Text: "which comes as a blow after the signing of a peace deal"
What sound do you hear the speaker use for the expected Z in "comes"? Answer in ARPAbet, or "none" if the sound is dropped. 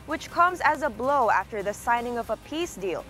Z